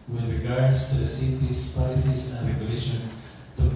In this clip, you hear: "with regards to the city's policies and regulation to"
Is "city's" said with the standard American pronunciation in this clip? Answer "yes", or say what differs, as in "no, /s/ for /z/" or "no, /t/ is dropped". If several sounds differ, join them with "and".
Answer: no, /s/ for /z/